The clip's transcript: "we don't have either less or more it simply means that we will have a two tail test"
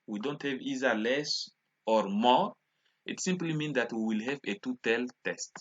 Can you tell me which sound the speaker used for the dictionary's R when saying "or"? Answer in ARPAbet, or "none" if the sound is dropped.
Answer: R